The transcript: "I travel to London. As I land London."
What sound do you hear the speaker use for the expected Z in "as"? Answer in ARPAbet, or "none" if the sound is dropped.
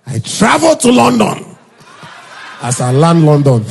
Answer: S